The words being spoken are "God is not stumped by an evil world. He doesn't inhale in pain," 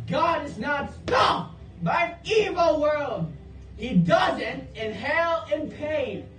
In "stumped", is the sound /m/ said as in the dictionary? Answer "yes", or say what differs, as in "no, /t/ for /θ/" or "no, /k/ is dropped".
no, /m/ is dropped